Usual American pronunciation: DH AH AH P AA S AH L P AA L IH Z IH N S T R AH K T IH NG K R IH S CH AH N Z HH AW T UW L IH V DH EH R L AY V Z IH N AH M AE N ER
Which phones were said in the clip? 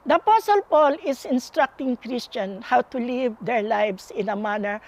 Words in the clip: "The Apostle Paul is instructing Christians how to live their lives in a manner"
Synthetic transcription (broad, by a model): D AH AH P AA S AH L P AA L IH S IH N S T R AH K T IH NG K R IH S CH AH N HH AW T UW L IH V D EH R L AY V S IH N AH M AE N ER